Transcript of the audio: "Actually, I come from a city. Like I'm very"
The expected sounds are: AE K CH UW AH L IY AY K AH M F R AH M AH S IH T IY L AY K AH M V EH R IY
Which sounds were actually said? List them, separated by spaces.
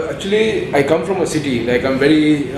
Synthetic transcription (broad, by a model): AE K CH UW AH L IY AY K AH M F R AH M AH S IH T IY N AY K AH M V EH R IY